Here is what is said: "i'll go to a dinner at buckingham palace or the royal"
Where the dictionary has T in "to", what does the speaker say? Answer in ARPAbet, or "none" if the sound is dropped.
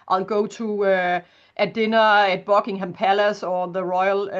S